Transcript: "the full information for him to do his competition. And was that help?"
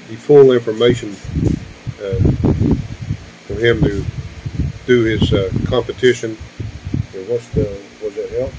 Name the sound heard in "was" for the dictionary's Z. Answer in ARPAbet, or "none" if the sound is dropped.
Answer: Z